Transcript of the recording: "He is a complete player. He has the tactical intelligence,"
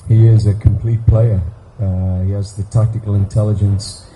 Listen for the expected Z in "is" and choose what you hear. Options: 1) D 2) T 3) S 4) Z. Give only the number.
4